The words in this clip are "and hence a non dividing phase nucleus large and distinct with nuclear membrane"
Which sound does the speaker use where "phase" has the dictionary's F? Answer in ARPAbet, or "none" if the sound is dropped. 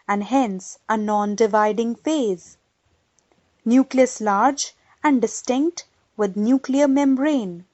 F